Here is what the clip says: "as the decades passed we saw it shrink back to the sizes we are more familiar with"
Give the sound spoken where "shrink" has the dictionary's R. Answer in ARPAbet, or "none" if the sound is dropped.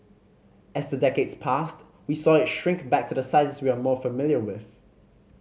R